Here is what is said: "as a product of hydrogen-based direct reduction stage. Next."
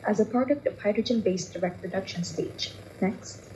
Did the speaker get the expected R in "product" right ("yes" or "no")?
yes